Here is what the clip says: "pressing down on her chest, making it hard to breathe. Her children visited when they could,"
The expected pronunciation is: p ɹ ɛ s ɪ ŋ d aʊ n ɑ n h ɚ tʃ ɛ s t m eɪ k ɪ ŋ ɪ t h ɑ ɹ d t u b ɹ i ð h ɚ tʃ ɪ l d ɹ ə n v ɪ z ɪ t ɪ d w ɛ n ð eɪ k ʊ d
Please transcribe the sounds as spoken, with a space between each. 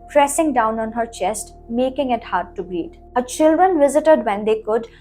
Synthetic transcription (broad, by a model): p ɹ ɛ s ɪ ŋ d aʊ n ɑ n h ɚ tʃ ɛ s t m eɪ k ɪ ŋ ɪ t h ɑ ɹ d t u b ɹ i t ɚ tʃ ɪ l d ɹ ə n v ɪ z ɪ t ɪ d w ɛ n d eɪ k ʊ d